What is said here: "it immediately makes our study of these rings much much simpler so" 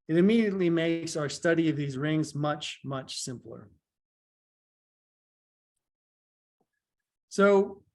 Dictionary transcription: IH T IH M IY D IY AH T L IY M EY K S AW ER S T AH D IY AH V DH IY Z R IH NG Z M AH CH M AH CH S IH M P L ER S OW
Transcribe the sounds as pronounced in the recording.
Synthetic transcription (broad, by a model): IH T IH M IY D IY AH T L IY M EY K S AW ER S T AH D IY AH V DH IY Z R IH NG Z M AH CH M AH CH S IH M P L ER S OW